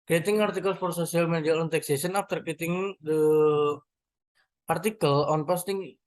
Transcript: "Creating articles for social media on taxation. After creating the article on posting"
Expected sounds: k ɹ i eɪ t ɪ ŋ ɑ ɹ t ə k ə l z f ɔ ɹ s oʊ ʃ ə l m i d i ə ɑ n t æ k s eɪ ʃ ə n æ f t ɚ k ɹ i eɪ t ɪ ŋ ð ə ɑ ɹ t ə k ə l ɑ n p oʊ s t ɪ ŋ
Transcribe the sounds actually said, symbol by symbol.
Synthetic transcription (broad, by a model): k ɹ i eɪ t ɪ ŋ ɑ ɹ t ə k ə l s f ɔ ɹ s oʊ s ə l m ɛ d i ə ɑ n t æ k s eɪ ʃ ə n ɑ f t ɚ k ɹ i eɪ t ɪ ŋ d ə ɑ ɹ t ə k ə l ɑ n p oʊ s t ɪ ŋ